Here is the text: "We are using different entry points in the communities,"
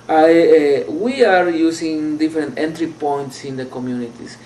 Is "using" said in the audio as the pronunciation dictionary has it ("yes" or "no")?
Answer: no